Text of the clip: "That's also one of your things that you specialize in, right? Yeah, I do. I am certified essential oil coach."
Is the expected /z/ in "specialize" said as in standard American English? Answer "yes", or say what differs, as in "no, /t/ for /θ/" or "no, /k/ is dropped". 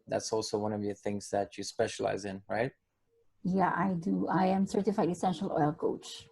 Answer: yes